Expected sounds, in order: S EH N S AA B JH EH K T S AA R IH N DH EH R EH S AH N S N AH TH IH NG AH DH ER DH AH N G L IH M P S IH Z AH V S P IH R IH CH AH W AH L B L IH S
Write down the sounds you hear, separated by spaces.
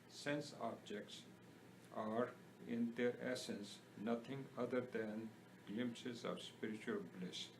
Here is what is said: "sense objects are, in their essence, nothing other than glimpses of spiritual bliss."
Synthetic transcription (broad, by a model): S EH N S AA B JH EH K T S AA R IH N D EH R EH S AH N S N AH T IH NG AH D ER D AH N G L IH M P S IH Z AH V S P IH R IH CH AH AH L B L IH S